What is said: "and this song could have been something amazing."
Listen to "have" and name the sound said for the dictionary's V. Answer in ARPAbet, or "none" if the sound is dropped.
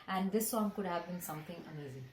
V